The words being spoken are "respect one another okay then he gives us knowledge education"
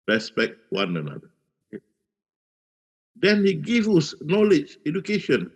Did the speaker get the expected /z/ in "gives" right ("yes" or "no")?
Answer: no